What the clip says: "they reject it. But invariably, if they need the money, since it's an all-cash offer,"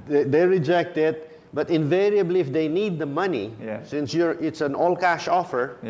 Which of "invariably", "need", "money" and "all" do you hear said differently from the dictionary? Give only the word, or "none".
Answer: none